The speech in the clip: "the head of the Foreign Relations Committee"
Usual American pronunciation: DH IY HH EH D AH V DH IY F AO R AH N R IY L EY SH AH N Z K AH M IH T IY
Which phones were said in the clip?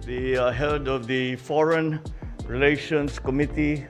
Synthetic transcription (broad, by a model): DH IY HH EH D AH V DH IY F AO R AH N R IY L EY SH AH N S K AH M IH T IY